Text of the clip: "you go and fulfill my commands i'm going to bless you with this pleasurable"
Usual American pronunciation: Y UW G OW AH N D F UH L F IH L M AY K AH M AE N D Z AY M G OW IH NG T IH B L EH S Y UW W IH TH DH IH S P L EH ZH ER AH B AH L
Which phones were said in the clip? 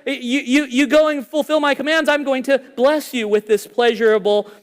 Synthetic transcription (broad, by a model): Y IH G OW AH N F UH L F IH L M AY K AH M AE N D Z AY M G OW IH NG T IH B L EH S Y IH W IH DH IH S P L EH ZH ER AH B L